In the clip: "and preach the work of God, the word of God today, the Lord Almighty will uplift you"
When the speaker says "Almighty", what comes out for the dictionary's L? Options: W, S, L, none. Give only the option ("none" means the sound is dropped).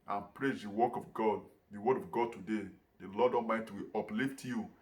none